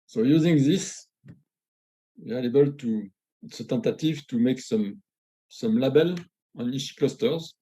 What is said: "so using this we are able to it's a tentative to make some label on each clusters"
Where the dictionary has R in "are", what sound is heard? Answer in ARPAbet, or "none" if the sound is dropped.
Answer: L